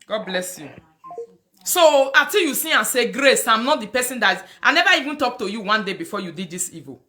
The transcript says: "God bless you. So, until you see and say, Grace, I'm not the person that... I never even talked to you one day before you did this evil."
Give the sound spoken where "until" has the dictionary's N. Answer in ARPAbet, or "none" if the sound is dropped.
none